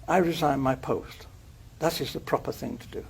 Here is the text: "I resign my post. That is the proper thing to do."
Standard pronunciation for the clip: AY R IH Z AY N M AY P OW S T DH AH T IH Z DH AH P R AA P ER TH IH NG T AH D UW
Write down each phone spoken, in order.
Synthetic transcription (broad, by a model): AY R IH Z AY N M AY P OW S T DH AH T IH Z DH AH P R AA P ER TH IH NG T AH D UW